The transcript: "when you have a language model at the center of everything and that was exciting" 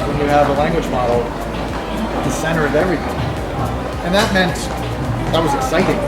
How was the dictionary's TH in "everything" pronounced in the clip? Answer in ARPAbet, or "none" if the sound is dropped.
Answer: TH